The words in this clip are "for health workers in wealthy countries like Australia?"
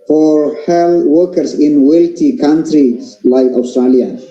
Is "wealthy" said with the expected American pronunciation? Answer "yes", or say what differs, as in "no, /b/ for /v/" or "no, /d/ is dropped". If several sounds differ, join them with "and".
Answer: no, /t/ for /θ/